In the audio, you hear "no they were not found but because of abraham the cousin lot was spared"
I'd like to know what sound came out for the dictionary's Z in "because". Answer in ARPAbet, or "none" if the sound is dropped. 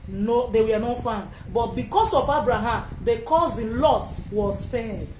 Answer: S